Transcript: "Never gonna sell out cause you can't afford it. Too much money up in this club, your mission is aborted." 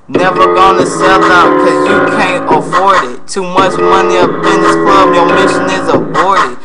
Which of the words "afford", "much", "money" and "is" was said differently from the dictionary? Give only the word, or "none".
none